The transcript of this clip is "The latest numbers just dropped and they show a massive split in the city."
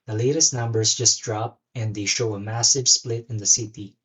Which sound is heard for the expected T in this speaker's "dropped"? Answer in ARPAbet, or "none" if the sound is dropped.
none